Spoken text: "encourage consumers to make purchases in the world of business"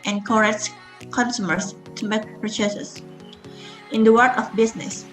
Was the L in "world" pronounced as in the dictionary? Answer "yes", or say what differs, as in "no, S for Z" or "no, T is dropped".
no, L is dropped